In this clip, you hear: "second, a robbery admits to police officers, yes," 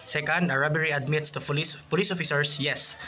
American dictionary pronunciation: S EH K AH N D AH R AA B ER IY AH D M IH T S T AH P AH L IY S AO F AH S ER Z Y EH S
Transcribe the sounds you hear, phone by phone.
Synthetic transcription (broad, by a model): S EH K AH N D AH R AA B ER IY AH D M IH T S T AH P AH L IY S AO F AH S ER S Y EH S